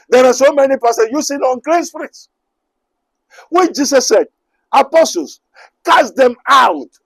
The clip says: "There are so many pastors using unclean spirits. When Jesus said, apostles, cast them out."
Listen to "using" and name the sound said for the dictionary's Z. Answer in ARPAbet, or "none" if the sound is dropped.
S